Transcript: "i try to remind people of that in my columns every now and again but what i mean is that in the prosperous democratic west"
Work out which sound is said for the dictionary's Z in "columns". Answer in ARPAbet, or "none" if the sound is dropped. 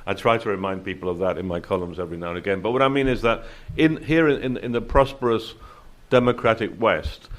Z